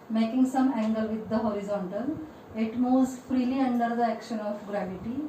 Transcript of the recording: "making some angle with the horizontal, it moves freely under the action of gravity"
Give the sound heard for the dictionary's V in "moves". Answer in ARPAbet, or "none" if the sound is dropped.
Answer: none